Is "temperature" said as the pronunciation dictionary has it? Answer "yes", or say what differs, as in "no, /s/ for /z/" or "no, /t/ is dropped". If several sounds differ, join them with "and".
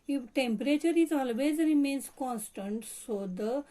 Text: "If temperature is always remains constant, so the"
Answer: yes